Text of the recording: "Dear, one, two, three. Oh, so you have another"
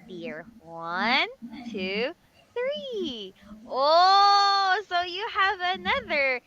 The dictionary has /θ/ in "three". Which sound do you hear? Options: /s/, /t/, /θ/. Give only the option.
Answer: /θ/